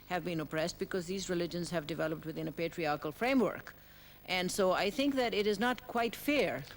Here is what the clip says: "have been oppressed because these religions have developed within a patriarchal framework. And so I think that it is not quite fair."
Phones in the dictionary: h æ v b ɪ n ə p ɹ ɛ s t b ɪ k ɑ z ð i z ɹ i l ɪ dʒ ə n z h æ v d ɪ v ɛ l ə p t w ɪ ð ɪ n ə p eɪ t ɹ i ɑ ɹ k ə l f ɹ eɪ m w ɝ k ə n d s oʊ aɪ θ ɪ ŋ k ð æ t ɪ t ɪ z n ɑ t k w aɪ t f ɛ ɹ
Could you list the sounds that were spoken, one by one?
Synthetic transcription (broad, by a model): h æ v b ɪ n ə p ɹ ɛ s t b ɪ k ɑ z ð i z ɹ i l ɪ dʒ ə n z h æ v d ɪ v ɛ l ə p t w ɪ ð ɪ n ə p eɪ t ɹ i ɑ ɹ k ə l f ɹ eɪ m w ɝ k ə n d s oʊ aɪ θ ɪ ŋ k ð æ t ɪ t ɪ z n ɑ t k w aɪ t f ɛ ɹ